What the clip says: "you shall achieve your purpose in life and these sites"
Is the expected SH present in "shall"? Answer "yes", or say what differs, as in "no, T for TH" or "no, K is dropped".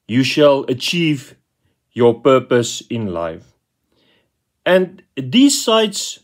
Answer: yes